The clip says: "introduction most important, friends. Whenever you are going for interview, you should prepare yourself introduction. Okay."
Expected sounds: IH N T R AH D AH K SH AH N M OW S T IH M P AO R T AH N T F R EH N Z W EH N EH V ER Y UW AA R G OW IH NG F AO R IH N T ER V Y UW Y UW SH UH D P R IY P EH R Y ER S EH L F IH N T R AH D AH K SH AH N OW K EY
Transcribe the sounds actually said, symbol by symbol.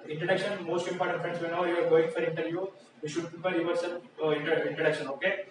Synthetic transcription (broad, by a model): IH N T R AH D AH K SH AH N M OW S T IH M P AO T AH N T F R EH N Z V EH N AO IY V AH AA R G OW IH NG F AO R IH N T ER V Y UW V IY SH UH D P IY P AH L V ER S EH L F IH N T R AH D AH K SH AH N OW K EY